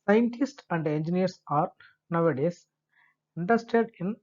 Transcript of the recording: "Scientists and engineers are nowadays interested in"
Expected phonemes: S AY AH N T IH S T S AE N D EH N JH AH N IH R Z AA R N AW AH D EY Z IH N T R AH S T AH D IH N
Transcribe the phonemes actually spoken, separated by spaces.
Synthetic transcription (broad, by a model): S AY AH N T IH S T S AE N D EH N JH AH N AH R S AA R N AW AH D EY S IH N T AH S T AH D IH N